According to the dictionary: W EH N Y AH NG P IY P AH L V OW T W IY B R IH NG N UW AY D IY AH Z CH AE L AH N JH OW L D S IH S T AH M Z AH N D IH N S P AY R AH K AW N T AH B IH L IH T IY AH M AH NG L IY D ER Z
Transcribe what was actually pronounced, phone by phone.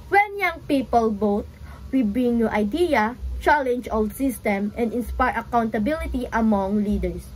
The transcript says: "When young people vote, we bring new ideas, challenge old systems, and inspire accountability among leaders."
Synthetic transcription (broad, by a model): W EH N Y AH NG P IY P AH L B OW T W IY B R IH NG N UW AY D IY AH CH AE L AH N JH OW L D S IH S T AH M AH N D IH N S P AY R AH K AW N T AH B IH L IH T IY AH M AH NG L IY D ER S